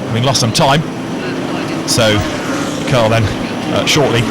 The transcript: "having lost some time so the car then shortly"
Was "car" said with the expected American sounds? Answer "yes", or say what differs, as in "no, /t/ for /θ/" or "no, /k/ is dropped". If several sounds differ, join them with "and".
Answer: no, /l/ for /ɹ/